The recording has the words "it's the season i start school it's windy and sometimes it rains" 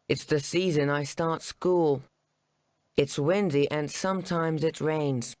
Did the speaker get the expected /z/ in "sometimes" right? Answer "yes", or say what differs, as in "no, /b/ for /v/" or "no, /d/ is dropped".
yes